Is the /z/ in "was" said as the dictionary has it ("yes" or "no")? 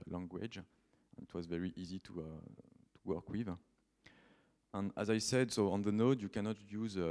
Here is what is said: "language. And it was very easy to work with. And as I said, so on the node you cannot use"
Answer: yes